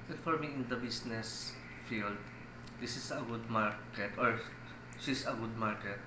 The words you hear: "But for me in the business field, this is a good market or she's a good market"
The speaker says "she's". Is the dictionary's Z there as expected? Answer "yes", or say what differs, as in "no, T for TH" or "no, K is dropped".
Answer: no, S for Z